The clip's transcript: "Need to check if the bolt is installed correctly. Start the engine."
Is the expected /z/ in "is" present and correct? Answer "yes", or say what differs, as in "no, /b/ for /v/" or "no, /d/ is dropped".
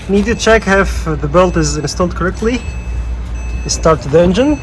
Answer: yes